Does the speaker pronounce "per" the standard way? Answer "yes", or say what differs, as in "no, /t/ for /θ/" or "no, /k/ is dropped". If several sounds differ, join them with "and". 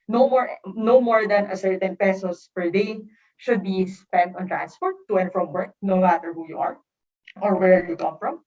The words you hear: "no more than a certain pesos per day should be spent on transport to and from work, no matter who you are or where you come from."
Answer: yes